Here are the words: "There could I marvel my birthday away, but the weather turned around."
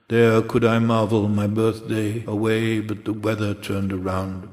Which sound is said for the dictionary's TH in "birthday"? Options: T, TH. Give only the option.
TH